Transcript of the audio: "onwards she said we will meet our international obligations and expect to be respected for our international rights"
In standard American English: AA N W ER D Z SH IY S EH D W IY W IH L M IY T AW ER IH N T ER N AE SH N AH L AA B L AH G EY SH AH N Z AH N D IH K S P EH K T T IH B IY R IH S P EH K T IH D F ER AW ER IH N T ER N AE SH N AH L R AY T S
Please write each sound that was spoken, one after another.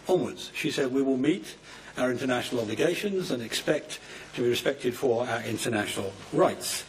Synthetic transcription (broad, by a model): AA N W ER D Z SH IY S EH D W IY W IH L M IY T AW ER IH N T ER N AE SH N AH L AA B L AH G EY SH AH N Z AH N IH K S P EH K T T IH B IY R IH S P EH K T IH D F ER AW ER IH N T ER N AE SH N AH L R AY T S